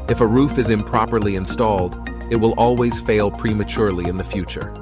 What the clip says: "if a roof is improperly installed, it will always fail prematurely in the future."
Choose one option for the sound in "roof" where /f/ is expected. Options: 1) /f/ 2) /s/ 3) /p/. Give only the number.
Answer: 1